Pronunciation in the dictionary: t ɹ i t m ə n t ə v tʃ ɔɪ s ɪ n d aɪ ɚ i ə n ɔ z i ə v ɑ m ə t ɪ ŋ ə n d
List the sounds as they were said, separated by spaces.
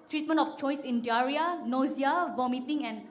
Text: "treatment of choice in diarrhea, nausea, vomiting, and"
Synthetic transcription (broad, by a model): t ɹ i t m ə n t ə f tʃ ɔɪ s ɪ n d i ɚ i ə n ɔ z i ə v ɑ m ə t ɪ ŋ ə n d